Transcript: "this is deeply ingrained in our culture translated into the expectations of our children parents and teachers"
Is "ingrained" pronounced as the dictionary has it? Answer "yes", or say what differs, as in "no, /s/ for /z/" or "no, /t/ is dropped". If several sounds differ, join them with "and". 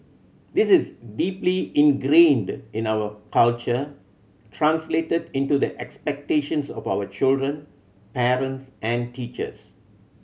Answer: yes